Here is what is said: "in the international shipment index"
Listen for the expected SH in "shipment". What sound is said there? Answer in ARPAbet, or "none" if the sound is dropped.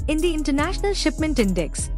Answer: SH